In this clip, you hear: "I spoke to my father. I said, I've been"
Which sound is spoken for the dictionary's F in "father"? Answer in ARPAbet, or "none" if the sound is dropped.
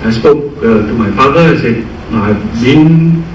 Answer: F